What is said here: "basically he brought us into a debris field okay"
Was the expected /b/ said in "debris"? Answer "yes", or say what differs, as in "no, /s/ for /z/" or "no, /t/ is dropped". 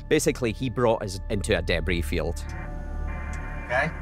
yes